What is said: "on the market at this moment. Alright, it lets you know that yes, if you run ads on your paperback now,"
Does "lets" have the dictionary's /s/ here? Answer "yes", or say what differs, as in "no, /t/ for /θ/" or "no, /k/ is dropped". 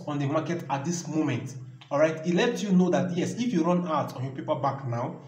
no, /s/ is dropped